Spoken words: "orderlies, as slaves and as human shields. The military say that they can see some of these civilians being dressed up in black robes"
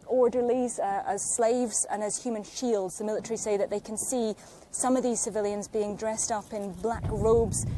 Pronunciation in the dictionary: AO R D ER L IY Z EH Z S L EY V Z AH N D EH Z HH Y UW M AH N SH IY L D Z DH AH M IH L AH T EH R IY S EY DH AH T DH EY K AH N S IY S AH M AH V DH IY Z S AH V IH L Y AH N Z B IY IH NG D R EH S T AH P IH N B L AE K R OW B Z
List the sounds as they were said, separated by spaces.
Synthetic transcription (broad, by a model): AO R D ER L IY Z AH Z S L EY V Z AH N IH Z HH Y UW M AH N SH IY L D Z DH AH M IH L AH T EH R IY S EY DH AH T DH EY K AH N S IY S AH M AH V DH IY Z S AH V IH L Y AH N Z B IY IH NG D R EH S T AH P IH N B L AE K R OW B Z